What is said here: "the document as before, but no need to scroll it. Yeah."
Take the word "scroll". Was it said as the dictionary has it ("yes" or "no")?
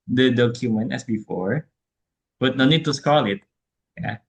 no